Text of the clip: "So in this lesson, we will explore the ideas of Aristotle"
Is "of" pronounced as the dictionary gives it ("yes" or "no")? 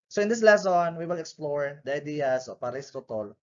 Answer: no